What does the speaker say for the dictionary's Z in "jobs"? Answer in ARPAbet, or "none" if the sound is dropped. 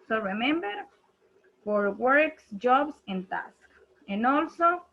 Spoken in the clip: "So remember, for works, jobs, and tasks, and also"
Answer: S